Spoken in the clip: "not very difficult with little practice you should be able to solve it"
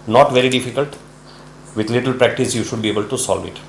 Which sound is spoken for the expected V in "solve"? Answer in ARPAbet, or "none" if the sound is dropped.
V